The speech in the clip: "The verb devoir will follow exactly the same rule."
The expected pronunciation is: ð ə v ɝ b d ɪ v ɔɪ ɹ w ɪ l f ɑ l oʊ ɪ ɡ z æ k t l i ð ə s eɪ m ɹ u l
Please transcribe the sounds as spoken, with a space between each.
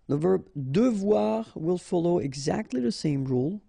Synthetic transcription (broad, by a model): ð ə v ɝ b d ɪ v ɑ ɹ w ɪ l f ɑ l oʊ ɪ ɡ z æ k t l i ð ə s eɪ m ɹ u l